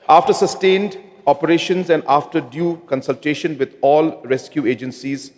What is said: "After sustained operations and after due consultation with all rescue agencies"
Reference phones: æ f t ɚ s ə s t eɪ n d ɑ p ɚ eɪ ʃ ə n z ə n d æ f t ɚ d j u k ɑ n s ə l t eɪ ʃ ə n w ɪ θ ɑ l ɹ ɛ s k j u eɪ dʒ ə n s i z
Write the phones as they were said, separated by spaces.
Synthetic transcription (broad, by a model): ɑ f t ɚ s ə s t eɪ n d ɑ p ɚ eɪ ʃ ə n z ə n d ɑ f t ɚ d j u k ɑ n s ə l t eɪ ʃ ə n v ɪ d ɑ l ɹ ɛ s k j u eɪ dʒ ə n s i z